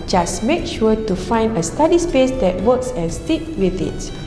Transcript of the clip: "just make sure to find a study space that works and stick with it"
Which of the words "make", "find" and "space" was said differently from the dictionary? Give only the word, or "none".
none